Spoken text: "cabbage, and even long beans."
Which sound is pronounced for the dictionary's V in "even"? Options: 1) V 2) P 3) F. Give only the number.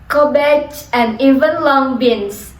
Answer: 1